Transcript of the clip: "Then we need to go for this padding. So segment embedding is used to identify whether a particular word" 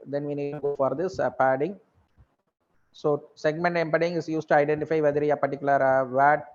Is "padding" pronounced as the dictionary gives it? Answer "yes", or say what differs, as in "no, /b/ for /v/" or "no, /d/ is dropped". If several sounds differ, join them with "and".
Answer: yes